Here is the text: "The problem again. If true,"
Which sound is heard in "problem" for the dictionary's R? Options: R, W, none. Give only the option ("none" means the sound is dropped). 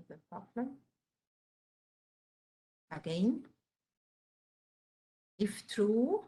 none